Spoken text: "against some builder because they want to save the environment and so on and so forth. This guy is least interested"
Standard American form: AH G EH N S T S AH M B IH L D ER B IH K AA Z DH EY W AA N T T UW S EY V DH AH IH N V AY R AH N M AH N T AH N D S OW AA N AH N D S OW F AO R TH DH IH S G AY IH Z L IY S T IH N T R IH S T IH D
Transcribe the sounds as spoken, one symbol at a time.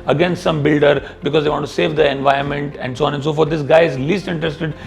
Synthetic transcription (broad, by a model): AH G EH N S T S AH M B IH L D ER B IH K AA Z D EY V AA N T T UW S EY V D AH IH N V AY AH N M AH N T AH N D S OW AA N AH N S OW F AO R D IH S G AY IH Z L IY S T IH N T R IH S T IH D